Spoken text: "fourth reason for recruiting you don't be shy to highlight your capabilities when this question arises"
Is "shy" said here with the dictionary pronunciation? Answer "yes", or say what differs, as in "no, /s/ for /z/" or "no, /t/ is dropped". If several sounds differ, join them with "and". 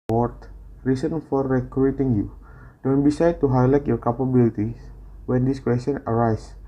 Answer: no, /s/ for /ʃ/